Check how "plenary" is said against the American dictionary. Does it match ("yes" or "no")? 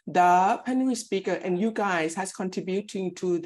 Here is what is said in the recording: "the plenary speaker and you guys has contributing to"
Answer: no